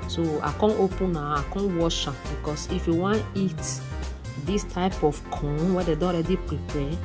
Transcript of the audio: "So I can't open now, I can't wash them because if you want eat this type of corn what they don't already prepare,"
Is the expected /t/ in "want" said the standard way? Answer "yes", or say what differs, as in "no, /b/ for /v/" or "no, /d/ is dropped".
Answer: no, /t/ is dropped